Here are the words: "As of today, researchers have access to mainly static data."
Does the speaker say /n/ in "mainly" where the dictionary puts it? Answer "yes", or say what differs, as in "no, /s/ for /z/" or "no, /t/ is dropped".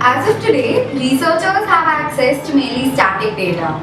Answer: no, /n/ is dropped